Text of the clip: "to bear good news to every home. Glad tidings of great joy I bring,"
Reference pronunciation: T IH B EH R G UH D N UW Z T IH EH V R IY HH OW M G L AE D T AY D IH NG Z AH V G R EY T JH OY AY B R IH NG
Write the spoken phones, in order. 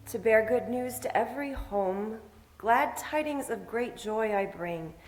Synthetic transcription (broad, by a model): T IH B EH R G UH D N UW Z T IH EH V R IY HH OW M G L AE D T AY D IH NG Z AH V G R EY T JH OY AY B R IH NG